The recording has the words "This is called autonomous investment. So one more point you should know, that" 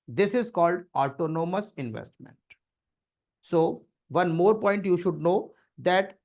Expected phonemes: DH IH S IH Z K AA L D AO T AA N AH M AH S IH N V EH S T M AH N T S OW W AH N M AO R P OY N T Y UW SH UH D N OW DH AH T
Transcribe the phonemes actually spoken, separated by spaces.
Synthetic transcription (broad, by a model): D IH S IH Z K AA L D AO T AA N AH M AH S IH N V EH S T M AH N T S OW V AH N M AO R P OY N T Y UW SH UH D N OW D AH T